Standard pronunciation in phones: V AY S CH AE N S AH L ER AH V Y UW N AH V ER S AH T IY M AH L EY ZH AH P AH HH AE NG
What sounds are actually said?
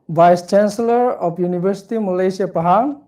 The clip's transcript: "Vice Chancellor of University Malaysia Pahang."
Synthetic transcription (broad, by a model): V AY S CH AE N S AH L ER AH P Y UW N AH B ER S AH T IY M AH L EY S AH P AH HH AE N